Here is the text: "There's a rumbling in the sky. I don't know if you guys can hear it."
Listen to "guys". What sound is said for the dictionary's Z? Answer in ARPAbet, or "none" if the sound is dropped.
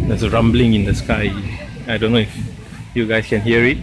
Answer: S